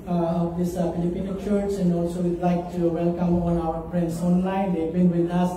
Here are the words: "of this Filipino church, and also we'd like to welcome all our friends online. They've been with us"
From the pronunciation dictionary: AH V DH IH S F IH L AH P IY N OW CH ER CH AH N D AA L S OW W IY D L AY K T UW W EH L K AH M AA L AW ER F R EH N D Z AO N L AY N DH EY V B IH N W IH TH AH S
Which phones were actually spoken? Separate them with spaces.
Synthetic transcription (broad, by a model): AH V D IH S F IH L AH P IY N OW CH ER S AH N D AA L S OW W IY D L AY K T UW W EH L K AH M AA N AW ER P R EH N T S AO N L AY N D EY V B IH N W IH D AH S